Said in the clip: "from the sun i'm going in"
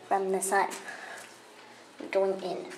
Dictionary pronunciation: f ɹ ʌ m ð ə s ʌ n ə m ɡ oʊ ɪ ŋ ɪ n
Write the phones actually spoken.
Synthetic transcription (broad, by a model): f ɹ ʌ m ð ə s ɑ ə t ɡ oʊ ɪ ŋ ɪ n